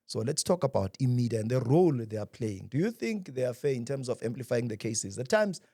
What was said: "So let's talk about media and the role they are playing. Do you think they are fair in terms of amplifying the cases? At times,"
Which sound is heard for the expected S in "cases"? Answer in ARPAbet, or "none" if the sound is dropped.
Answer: S